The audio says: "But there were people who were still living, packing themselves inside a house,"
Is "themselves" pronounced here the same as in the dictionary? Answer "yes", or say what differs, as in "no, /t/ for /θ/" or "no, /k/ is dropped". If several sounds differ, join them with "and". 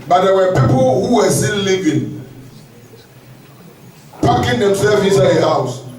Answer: no, /l/ is dropped and /z/ is dropped